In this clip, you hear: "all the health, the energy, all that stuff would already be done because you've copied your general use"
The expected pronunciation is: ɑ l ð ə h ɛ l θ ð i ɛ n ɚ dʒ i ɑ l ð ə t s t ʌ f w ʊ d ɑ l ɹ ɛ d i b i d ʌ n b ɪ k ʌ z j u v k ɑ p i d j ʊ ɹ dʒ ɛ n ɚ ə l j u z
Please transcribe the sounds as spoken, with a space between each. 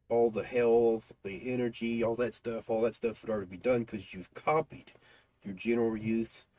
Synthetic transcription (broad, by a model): ɑ l ð ə h ɛ l θ ð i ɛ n ɚ dʒ i ɑ l ð ə t s t ʌ f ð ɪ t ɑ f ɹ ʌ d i b i d ʌ n k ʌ z j u v k ɑ p i d j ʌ ɹ dʒ ɛ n ɚ l j u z